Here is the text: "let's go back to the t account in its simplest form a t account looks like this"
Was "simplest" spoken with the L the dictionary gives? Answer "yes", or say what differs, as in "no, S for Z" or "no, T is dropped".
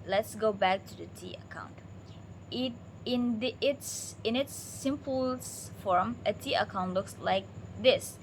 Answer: no, L is dropped